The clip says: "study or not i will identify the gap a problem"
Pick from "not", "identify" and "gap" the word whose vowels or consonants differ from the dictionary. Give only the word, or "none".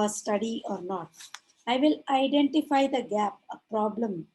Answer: none